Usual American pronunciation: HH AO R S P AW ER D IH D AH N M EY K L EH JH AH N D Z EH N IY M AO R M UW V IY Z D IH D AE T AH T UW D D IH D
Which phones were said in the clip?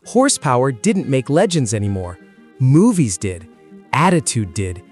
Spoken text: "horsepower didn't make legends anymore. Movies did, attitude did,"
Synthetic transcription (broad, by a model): HH AO R S P AW ER D IH D N M EY K L EH JH AH N D Z EH N IY M AO R M UW V IY Z D IH D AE T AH T UW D D IH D